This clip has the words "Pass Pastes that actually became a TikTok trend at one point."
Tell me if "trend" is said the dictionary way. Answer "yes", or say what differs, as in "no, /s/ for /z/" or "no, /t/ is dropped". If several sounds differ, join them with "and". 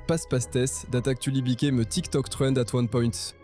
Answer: no, /w/ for /ɹ/